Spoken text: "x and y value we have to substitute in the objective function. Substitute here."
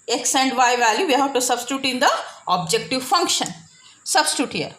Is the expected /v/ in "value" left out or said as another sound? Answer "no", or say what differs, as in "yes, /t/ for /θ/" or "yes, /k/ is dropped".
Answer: no